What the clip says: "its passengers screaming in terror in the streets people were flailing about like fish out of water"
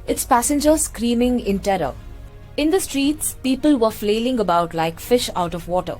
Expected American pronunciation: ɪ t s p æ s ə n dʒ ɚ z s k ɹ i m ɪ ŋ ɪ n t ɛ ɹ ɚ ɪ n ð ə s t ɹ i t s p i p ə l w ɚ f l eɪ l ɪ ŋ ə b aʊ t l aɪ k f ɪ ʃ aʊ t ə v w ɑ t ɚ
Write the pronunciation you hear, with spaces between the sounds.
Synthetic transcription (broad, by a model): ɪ t s p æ s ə n dʒ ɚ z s k ɹ i m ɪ ŋ ɪ n t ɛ ɹ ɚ ɪ n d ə s t ɹ i t s p i p ə l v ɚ f l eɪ l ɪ ŋ ə b aʊ t l aɪ k f ɪ ʃ aʊ t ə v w ɑ t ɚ